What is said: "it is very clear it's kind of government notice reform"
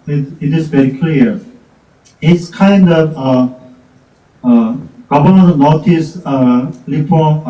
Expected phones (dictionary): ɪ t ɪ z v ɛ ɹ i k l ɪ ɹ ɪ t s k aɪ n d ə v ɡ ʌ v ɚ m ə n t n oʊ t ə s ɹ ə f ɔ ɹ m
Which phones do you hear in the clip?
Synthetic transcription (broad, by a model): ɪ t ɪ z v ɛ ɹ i k l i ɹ ɪ t s k aɪ n d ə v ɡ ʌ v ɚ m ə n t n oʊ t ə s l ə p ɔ